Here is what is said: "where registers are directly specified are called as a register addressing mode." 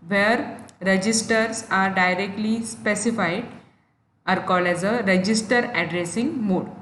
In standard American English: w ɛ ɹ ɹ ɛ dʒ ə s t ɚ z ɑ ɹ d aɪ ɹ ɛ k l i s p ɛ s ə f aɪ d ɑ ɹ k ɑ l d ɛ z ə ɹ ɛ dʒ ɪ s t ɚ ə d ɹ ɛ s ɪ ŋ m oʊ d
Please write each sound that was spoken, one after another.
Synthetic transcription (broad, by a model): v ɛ ɹ ɹ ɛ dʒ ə s t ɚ s ɑ ɹ d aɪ ɹ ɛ k l i s p ɛ s ə f aɪ d ɑ ɹ k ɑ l ɛ z ə ɹ ɛ dʒ ɪ s t ɚ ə d ɹ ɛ s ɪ ŋ m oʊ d